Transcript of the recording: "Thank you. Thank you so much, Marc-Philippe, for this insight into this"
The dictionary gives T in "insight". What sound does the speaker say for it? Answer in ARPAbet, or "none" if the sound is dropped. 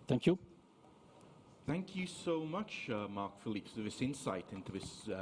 T